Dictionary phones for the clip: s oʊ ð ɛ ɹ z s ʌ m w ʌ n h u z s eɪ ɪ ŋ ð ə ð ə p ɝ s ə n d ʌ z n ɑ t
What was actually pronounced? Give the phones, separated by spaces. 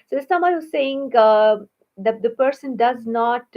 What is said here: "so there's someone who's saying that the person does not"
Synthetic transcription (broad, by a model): s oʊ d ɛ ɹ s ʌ m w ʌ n h u z s eɪ ɪ ŋ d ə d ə p ɝ s ə n d ʌ z n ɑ t